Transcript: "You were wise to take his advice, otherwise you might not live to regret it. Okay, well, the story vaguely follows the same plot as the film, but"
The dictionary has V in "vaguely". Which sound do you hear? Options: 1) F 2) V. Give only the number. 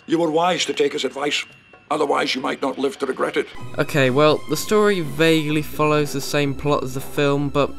2